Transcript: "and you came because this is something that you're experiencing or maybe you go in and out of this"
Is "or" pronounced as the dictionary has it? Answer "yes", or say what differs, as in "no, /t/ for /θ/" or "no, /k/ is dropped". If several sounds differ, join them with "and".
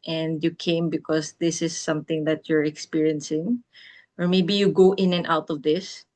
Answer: yes